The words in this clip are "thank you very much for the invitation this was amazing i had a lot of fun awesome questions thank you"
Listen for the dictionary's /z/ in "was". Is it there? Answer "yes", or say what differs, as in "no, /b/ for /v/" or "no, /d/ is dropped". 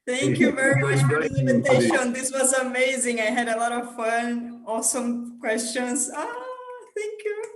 yes